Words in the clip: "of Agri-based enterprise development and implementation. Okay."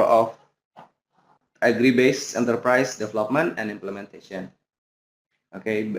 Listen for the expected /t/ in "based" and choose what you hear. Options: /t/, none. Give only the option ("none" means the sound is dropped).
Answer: none